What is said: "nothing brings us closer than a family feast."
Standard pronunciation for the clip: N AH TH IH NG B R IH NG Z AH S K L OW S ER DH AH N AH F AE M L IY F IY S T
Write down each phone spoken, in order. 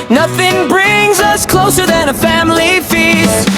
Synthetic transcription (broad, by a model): N AH TH IH NG B R IH NG Z AH S K L OW S ER DH AH N AH F AE M L IY F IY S T